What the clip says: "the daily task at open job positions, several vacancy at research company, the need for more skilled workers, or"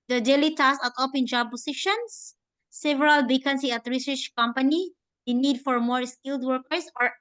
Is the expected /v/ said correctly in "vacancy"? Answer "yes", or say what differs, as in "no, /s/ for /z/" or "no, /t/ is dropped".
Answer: no, /b/ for /v/